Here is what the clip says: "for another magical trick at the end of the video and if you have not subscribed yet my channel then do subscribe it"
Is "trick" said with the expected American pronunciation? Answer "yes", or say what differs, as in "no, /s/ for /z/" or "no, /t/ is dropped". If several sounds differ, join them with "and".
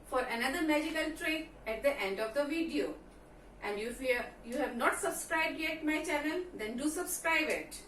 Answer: no, /k/ is dropped